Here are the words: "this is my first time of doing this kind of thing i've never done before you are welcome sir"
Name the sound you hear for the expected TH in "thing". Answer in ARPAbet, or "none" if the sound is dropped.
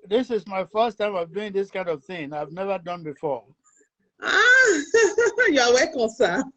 TH